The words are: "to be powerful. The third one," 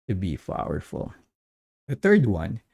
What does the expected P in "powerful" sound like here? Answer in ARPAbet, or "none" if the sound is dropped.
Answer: F